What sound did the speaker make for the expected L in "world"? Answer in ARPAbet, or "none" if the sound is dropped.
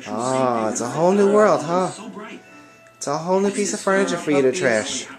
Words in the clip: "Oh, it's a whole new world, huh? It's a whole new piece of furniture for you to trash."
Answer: L